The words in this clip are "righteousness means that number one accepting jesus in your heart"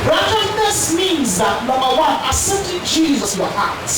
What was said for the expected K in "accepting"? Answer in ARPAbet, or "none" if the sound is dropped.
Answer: none